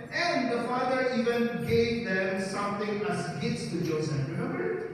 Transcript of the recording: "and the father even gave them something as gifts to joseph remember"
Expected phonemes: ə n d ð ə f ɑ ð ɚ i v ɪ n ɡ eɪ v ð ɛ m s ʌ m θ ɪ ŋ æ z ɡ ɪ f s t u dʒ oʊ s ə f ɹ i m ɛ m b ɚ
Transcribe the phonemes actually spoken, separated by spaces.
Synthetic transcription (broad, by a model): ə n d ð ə f ɑ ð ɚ i v ɪ n ɡ eɪ v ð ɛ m s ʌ m t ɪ ŋ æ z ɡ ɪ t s t u dʒ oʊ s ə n ɹ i m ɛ m b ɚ